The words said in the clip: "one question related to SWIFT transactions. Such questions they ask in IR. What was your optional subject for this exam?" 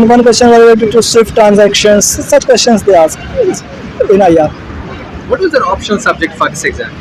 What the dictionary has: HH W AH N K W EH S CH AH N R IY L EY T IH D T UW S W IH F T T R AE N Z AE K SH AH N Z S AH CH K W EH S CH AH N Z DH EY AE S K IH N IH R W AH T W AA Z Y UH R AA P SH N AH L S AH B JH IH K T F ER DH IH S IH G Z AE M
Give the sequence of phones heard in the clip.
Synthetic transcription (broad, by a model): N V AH N K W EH S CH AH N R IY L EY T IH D T UW S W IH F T T R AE N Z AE K SH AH N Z S AH CH K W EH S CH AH N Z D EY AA S K IH N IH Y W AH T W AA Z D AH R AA P SH AH N S AH B JH IH K T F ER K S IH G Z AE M